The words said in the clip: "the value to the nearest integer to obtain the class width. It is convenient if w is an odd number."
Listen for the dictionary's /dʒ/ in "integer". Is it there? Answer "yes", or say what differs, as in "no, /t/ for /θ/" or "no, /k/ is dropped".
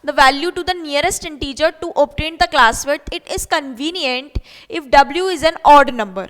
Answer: yes